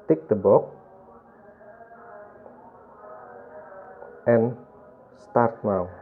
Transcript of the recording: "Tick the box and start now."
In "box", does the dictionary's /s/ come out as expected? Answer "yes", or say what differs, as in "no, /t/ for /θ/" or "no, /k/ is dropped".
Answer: no, /s/ is dropped